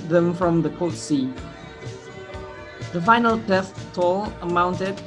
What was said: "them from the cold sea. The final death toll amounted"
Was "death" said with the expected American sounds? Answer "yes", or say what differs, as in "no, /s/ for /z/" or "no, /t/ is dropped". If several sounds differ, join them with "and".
no, /t/ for /θ/